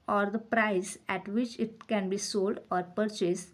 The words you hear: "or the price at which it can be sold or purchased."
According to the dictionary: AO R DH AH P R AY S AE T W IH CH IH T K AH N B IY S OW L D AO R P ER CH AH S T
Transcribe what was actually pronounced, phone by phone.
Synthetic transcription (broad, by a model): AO R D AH P R AY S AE T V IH CH IH T K AH N B IY S OW L D AO R P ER CH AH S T